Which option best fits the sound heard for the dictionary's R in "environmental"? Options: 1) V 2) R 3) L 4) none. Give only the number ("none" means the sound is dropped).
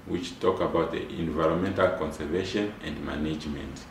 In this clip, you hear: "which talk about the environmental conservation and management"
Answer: 2